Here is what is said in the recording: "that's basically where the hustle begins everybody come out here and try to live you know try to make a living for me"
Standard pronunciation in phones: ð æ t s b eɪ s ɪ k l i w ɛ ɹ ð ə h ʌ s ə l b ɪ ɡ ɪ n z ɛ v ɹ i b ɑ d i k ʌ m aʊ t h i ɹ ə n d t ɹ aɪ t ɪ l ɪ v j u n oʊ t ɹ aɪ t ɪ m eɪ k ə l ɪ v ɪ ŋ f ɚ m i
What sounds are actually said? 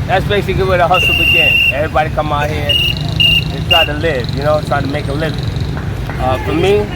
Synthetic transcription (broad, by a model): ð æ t s b eɪ s ɪ k l i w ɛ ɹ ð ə h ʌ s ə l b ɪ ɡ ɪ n ɛ v ɹ i b ɑ d i k ʌ m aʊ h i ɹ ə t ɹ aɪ t ɪ l ɪ v j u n oʊ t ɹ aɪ t ɪ m eɪ k ə l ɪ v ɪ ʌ f ɚ m i